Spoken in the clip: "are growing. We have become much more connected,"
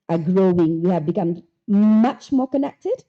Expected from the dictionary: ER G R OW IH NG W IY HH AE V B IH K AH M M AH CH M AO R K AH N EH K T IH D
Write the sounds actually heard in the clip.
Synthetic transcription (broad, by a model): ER G R OW IH NG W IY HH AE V B IH K AH M M AH CH M AO R K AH N EH K T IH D